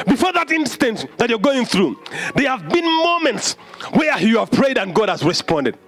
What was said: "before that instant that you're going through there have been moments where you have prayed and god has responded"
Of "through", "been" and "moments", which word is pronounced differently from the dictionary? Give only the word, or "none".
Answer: none